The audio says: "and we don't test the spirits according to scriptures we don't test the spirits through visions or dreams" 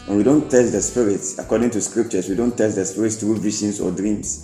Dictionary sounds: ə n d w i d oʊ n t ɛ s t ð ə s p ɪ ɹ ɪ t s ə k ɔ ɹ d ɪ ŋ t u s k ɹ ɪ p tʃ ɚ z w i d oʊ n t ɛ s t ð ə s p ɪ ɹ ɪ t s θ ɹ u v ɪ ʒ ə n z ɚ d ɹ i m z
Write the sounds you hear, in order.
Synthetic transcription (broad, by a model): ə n w i d oʊ n t ɛ s t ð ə s p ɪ ɹ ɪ t s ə k ɔ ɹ d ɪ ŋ t u s k ɹ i p tʃ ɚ s w i d oʊ n t ɛ s t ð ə s p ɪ ɹ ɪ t s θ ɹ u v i ʃ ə n s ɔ d ɹ i m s